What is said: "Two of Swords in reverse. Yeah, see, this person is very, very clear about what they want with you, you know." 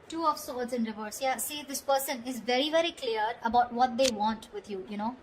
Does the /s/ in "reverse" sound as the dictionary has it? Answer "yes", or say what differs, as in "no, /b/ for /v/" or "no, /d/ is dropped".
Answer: yes